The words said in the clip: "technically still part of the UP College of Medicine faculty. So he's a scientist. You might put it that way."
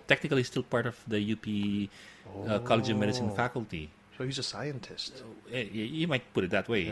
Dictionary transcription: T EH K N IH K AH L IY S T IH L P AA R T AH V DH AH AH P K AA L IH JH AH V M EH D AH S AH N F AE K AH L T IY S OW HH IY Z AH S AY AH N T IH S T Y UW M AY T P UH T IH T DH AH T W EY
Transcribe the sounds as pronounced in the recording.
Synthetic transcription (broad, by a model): T EH K N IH K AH L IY S T IH L P AA R T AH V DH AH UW P K AA L IH JH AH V M EH D AH S AH N F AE K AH L T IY S OW HH IY Z AH S AY AH N T IH S T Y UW M AY T P UH T IH T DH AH T W EY